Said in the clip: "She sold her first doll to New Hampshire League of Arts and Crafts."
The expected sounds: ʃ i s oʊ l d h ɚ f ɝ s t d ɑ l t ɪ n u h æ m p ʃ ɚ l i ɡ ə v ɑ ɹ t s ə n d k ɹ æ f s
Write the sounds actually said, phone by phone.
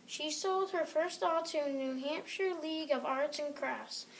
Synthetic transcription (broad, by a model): ʃ i s oʊ l d h ɚ f ɝ s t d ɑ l t ɪ n u h æ m p ʃ ɚ l i ɡ ə v ɑ ɹ t s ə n k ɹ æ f s